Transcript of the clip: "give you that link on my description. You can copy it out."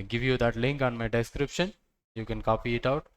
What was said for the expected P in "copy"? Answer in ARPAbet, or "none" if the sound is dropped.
P